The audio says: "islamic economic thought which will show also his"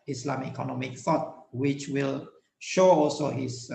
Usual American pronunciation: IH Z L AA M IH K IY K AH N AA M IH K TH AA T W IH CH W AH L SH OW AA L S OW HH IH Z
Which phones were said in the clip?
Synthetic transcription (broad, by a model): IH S L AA M IY K AH N AA M IH K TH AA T W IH CH W AH L SH OW AA L S OW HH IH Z